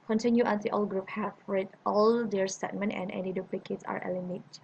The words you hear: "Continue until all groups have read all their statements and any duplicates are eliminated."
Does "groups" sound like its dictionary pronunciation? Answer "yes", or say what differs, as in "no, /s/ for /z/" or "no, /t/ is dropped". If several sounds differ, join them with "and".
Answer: no, /s/ is dropped